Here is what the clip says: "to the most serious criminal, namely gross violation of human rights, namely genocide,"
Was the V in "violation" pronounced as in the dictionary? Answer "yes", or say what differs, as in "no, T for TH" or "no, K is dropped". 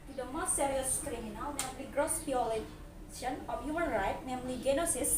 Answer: no, B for V